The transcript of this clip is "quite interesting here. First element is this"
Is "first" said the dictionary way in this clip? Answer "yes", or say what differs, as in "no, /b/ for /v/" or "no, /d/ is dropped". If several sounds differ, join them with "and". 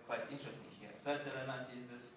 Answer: no, /t/ is dropped